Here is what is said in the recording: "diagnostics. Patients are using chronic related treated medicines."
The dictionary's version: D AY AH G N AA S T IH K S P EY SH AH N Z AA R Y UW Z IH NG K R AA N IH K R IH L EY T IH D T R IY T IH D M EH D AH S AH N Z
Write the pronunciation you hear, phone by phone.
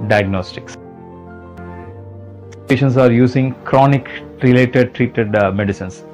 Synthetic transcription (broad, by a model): D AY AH G N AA S T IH K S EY SH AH N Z AA R Y UW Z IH NG K R AA N IH K R IH L EY T IH D T R IY T IH D M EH D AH S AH N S